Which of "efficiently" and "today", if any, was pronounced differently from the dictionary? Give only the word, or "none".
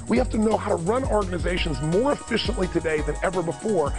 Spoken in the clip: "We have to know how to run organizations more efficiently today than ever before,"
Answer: none